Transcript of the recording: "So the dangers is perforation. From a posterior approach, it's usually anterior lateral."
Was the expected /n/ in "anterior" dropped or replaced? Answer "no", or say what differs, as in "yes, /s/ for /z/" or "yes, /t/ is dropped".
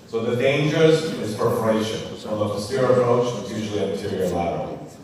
yes, /n/ is dropped